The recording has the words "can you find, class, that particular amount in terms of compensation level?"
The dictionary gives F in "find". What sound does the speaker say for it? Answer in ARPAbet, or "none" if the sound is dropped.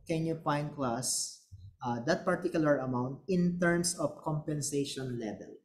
P